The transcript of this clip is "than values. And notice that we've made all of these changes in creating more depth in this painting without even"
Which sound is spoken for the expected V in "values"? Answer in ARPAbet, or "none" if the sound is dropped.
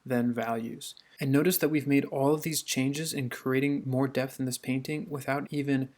V